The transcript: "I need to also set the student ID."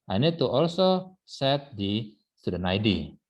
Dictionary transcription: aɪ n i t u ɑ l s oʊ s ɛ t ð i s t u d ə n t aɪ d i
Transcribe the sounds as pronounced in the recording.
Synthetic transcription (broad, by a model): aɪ n i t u ɑ l s oʊ s ɛ t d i s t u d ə n aɪ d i